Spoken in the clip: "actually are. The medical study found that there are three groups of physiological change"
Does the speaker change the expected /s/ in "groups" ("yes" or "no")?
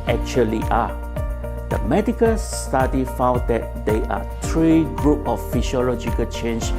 yes